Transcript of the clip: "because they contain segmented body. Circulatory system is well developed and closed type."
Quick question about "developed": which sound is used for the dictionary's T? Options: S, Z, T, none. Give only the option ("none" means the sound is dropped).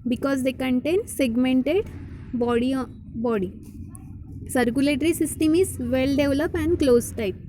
none